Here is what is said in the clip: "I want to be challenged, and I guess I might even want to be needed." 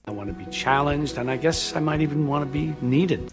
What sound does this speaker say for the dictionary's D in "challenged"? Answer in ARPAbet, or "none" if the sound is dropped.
D